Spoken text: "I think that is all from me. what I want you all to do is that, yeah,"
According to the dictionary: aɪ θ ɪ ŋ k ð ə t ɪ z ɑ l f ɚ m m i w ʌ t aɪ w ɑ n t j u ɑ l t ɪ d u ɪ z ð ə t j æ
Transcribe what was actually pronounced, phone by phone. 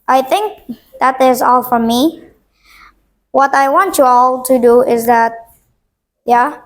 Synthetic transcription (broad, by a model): aɪ θ ɪ ŋ k ð ə t ɪ z ɑ l f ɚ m m i w ʌ t aɪ w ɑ n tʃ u ɑ l t ɪ d u ɪ z ð ə t j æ